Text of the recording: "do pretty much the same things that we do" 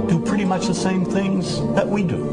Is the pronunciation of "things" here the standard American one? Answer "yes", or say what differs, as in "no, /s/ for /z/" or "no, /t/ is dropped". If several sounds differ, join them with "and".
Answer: yes